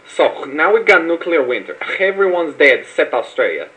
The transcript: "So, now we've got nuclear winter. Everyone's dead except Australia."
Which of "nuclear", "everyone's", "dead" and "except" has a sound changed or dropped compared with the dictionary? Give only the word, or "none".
except